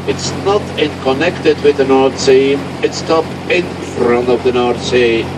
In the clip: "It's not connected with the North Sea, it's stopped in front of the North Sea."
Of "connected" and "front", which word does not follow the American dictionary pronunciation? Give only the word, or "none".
none